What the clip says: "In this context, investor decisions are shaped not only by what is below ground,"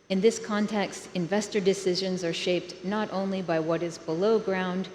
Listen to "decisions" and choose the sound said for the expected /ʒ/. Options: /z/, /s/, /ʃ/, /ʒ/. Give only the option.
/ʒ/